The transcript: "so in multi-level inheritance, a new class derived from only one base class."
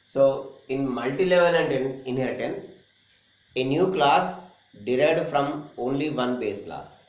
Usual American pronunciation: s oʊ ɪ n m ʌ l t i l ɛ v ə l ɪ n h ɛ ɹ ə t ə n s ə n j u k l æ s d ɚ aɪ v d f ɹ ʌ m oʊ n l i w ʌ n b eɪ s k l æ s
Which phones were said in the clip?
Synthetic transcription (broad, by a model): s oʊ ɪ n m ʌ l t i l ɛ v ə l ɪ n h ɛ ɹ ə t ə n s ə n j u k l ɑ s d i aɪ d f ɹ ʌ m oʊ n l i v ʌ n b eɪ s k l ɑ s